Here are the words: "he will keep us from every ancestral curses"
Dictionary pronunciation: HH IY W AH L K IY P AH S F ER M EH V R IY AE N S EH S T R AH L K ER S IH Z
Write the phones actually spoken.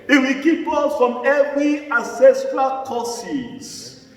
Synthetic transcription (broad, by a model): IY W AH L K IY P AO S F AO M EH V R IY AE S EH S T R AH K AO S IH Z